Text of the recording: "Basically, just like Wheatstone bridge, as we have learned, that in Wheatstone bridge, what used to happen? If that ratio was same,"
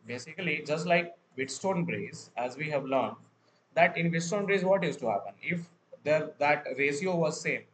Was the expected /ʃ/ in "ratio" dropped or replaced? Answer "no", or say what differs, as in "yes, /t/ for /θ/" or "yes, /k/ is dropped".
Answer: yes, /s/ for /ʃ/